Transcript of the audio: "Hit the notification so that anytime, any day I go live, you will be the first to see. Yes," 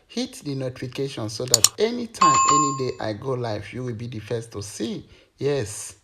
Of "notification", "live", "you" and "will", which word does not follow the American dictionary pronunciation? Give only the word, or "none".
live